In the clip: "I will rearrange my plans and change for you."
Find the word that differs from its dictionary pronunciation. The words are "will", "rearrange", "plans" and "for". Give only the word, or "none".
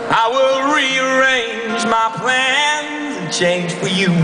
plans